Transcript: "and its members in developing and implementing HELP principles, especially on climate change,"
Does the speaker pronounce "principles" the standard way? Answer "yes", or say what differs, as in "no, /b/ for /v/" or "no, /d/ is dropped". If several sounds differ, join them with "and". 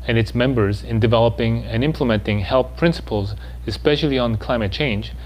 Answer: yes